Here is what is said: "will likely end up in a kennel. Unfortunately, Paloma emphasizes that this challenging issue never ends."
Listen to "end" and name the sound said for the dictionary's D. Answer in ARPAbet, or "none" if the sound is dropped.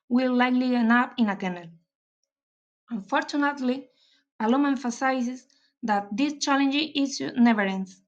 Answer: none